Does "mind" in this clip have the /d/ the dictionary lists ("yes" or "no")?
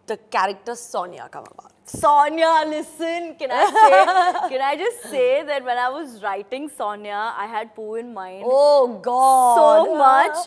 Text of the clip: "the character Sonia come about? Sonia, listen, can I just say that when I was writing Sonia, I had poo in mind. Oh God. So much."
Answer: no